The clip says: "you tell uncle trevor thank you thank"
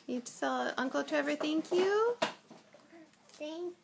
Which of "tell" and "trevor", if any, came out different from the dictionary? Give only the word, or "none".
tell